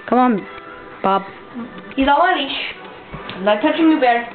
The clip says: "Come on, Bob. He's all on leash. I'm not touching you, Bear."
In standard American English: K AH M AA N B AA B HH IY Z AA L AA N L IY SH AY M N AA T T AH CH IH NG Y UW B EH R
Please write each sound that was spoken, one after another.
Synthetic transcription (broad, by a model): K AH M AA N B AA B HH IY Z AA W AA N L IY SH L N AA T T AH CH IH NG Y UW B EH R